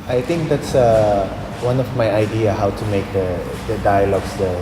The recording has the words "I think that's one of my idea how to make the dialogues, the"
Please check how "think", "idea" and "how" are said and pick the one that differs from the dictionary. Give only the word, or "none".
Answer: think